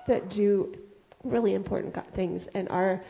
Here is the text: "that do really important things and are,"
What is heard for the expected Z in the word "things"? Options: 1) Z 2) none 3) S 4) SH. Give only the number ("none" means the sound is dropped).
1